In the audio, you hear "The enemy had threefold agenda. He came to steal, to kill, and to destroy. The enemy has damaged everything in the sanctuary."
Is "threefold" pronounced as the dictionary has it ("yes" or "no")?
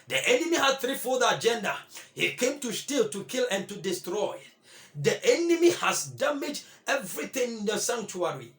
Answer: no